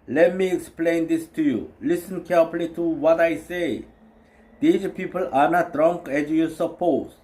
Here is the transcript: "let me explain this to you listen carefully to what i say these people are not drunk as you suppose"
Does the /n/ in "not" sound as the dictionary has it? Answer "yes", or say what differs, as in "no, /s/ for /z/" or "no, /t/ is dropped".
yes